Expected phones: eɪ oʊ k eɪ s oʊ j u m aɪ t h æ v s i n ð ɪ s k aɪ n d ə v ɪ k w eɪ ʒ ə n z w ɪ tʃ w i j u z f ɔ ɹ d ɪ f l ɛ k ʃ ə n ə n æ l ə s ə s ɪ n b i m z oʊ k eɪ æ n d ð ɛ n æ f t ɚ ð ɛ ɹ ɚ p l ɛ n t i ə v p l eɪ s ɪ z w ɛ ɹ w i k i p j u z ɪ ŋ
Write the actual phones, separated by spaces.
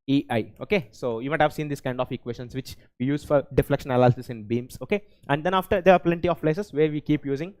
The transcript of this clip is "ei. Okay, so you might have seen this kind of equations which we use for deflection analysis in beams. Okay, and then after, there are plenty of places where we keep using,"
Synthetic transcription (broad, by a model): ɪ oʊ k eɪ s oʊ j u m aɪ t h æ v s i n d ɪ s k aɪ n d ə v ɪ k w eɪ ʃ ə n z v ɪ tʃ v i j u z f ɔ ɹ d ɪ f l ɛ k ʃ ə n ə l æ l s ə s ɪ n b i m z oʊ k eɪ æ n d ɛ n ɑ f t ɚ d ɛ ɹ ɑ p l ɛ n t i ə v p l eɪ s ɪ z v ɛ ɹ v i k i p j u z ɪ ŋ